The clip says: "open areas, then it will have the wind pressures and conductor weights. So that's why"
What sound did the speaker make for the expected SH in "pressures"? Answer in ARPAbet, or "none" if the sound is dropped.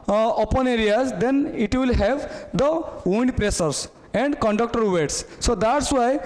S